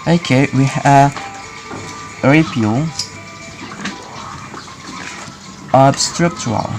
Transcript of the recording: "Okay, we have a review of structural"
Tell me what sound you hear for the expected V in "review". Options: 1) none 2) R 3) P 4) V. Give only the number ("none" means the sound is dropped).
1